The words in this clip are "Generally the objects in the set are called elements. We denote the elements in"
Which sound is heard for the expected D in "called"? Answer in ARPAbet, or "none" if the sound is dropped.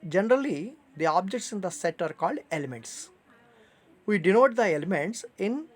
D